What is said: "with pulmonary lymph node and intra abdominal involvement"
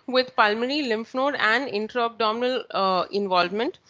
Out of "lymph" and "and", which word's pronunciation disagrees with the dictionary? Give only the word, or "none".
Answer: none